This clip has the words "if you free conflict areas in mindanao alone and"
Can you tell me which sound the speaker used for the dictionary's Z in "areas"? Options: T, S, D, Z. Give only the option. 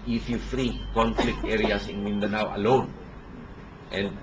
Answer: S